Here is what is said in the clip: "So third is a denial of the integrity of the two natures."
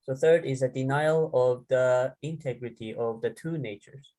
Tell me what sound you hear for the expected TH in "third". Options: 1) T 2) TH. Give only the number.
2